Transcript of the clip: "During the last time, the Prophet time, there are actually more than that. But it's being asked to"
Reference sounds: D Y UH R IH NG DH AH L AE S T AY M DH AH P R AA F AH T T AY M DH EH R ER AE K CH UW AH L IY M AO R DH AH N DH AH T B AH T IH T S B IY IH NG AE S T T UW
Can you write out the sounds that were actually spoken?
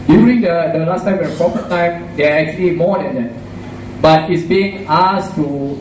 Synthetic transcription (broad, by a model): D Y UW R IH NG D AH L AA S T AY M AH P R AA P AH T T AY M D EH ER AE K CH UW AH L IY M AO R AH N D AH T B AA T IH T S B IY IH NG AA S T T UW